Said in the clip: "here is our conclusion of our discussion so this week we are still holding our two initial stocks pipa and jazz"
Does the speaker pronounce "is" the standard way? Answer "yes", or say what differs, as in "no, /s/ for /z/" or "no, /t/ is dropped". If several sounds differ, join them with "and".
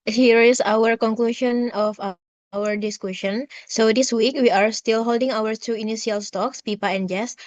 no, /s/ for /z/